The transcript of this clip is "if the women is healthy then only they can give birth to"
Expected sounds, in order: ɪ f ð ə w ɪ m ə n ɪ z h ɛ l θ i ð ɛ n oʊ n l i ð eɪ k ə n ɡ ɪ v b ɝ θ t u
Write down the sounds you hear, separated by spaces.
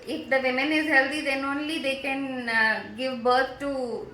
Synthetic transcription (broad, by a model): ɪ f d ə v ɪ m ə n ɪ z h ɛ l t i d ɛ n oʊ n l i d eɪ k ə n ɡ ɪ v b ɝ t t u